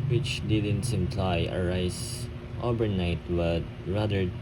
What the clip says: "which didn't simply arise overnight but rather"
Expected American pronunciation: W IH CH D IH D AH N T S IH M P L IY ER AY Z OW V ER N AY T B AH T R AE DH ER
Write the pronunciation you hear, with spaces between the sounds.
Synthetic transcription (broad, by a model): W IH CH D IH D AH N T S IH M P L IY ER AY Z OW B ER N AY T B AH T R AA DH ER